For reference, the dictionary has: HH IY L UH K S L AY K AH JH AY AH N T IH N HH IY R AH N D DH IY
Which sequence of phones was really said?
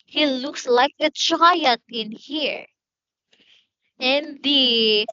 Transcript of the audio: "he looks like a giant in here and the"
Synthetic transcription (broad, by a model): HH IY L UH K S L AY K AH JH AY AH T IH N HH IY R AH N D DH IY